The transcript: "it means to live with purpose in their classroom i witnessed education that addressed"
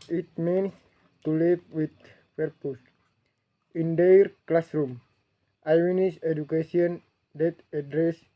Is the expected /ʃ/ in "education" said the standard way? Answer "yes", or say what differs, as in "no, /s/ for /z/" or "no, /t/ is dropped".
no, /s/ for /ʃ/